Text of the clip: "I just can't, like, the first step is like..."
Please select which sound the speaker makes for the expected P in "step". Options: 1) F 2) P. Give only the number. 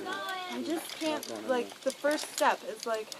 2